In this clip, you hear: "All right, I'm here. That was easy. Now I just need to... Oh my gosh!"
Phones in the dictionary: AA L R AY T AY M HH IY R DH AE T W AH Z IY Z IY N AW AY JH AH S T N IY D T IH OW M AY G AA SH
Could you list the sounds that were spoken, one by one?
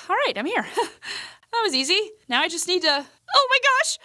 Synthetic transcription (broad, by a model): AA L R AY T AY M HH IY R DH AE T W AH Z IY Z IY N AW AY JH AH S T N IY D T IH OW M AY G AA SH